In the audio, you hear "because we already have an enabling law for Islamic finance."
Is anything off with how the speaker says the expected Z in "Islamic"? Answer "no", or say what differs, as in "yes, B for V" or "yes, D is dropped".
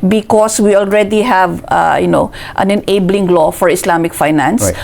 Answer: yes, S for Z